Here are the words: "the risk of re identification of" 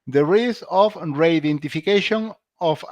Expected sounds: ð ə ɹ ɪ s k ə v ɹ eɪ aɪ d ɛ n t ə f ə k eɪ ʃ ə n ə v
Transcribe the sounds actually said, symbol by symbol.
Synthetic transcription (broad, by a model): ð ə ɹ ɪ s ə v ɹ eɪ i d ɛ n t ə f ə k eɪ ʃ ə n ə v